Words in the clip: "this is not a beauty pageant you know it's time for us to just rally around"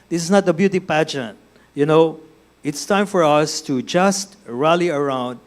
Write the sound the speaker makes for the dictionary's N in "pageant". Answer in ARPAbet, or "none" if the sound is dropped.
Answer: N